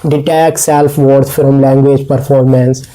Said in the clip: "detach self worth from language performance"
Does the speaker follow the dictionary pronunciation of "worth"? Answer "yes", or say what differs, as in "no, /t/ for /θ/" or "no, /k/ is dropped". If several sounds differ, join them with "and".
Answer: no, /s/ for /θ/